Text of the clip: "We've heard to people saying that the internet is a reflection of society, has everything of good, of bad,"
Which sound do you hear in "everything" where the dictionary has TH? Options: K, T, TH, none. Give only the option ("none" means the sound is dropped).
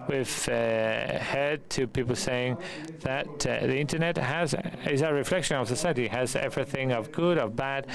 TH